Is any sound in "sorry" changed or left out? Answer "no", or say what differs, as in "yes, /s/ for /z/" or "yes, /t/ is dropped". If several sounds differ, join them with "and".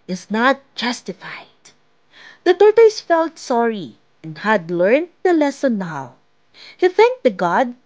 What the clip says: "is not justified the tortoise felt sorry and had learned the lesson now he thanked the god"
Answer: no